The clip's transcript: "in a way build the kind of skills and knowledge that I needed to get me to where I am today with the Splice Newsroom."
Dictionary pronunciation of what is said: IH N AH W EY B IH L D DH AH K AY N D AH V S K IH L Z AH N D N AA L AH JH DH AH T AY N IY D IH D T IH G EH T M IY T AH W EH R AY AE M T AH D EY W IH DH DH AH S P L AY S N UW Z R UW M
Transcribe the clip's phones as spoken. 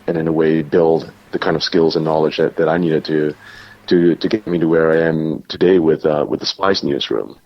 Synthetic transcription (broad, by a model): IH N AH W EY B IH L D DH AH K AY N D AH V S K IH L Z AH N N AA L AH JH DH AH T AY N IY D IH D T IH G EH T M IY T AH W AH R AY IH M T AH D EY W IH DH DH AH S P AY S N UW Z R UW M